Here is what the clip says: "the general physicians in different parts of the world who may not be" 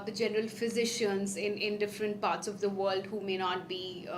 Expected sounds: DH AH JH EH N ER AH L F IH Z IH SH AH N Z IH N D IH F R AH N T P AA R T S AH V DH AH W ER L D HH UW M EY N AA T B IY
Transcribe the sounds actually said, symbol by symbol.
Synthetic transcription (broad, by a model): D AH JH EH N ER AH L F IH Z IH SH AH N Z IH N D IH F R AH N T P AA R T S AH V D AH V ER L D HH UW M EY N AA T B IY